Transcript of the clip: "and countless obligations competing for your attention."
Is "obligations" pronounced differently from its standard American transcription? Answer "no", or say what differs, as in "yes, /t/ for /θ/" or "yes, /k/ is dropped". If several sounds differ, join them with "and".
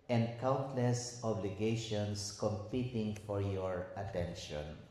yes, /s/ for /z/